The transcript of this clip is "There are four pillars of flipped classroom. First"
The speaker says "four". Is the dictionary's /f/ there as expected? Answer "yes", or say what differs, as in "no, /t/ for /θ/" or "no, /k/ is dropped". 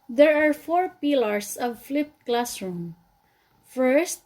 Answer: yes